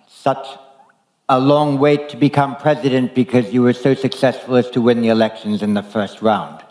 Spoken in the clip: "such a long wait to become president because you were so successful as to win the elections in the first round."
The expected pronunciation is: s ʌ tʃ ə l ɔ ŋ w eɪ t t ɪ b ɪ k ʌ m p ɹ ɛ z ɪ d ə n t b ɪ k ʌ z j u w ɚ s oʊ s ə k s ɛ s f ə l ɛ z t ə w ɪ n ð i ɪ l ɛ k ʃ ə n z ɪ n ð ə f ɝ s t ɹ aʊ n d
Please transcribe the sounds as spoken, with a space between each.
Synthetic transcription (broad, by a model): s ʌ tʃ ə l ɔ ŋ w eɪ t t ɪ b ɪ k ʌ m p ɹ ɛ z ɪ d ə n b ɪ k ʌ z j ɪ w ɚ s oʊ s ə k s ɛ s f l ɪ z t ə w ɪ n ð i ɪ l ɛ k ʃ ə n z ɪ n ð ə f ɝ s t ɹ aʊ n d